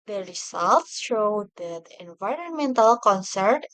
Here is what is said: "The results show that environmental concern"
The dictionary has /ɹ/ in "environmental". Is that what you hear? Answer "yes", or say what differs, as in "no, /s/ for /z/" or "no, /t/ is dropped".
yes